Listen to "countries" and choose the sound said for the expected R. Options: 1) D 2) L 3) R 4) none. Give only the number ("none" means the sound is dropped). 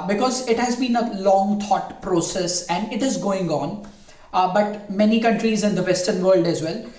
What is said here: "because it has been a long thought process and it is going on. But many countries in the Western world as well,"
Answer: 3